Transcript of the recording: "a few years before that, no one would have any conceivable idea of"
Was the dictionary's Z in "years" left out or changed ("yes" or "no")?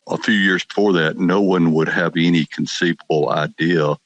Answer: no